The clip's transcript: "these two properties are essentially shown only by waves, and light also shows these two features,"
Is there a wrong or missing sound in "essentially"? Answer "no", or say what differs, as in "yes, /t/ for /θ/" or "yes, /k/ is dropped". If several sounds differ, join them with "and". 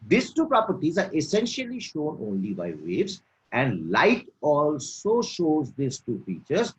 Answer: no